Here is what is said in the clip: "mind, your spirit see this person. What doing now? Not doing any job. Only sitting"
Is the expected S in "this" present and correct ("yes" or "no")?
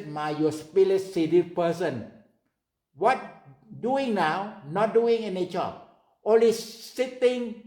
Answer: no